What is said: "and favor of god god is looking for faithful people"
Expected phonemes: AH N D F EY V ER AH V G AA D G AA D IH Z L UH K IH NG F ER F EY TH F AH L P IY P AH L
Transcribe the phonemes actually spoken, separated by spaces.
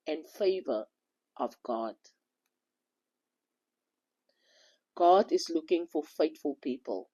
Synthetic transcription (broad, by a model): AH N F EY V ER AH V G AA D G AA D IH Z L UH K IH NG F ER F EY T F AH L P IY P AH L